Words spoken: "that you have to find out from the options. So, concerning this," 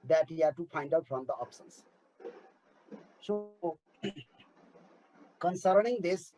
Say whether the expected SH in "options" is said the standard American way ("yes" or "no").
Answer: no